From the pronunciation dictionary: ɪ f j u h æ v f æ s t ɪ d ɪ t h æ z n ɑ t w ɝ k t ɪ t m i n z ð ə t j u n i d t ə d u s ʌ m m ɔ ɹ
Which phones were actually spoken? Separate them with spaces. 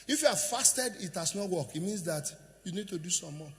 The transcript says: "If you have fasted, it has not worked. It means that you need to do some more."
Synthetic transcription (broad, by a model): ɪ f j u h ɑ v f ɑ s t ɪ d ɪ t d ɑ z n ɑ t w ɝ k ɪ t m i n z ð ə t j u n i d t ə d u s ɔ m m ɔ